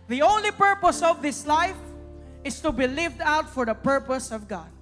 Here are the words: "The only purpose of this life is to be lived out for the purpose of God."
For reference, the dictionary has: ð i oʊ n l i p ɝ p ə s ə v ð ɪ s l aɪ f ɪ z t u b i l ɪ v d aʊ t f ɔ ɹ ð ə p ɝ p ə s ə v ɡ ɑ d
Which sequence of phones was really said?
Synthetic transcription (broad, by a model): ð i oʊ n l i p ɝ p ə s ə v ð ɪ s l aɪ f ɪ s t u b i l ɪ v d aʊ t f ɔ ɹ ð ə p ɝ p ə s ə v ɡ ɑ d